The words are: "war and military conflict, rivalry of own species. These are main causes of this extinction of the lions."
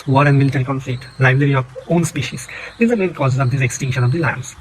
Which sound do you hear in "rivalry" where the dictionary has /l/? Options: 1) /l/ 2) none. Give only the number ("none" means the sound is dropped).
2